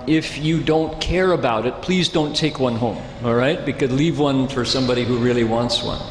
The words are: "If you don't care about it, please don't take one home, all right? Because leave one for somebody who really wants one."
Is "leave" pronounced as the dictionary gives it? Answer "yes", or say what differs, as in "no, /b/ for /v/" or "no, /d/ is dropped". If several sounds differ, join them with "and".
yes